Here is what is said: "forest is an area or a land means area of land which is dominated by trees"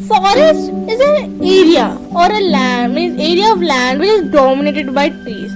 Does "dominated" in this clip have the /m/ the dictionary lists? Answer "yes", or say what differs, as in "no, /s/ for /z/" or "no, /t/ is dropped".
yes